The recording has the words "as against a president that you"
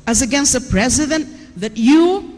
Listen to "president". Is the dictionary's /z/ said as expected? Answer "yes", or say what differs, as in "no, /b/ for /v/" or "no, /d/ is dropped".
yes